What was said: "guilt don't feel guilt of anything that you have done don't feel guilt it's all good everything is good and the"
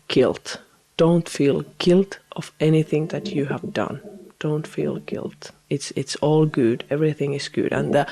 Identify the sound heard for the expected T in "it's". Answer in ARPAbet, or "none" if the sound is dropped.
T